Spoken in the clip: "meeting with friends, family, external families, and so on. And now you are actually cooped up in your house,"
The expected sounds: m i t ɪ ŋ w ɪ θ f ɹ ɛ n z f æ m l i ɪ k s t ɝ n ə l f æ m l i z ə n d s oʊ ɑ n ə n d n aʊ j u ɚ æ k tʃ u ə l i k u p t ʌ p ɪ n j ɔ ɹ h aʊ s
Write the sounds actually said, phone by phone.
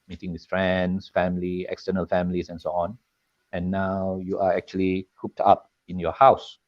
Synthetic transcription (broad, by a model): m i t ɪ ŋ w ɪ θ f ɹ ɛ n s f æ m l i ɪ k s t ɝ n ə l f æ m l i s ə n s oʊ ɑ n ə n n aʊ j u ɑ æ k tʃ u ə l i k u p t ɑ p ɪ n j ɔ h aʊ s